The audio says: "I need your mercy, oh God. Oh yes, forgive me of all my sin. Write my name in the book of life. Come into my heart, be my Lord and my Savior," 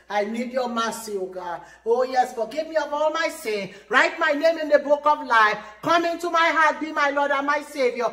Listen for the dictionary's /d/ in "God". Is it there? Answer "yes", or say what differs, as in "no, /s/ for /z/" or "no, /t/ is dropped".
no, /d/ is dropped